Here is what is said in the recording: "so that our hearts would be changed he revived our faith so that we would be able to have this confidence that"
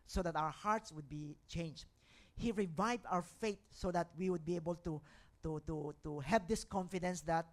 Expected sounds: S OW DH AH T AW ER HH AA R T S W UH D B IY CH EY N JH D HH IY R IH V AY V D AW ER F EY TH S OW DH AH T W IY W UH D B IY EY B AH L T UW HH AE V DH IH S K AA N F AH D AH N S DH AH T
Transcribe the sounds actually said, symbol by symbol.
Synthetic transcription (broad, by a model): S OW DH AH T AW ER HH AA R T S W UH D B IY CH EY N JH D HH IY R IH V AY V D AW ER F EY T S OW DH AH T W IY W UH D B IY EY B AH L T UW HH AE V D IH S K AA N F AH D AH N S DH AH T